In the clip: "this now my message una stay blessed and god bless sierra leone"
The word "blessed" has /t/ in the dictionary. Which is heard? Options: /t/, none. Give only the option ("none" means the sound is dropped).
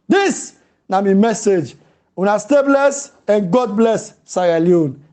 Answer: none